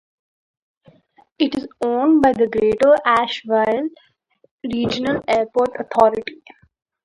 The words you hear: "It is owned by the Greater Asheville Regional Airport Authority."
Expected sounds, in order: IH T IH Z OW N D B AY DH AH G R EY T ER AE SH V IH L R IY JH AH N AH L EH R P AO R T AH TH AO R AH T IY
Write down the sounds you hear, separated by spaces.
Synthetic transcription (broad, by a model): IH T IH Z OW N D B AY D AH G R EY T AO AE SH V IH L R IY JH AH N AH L EH R P AO R T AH T AO R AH T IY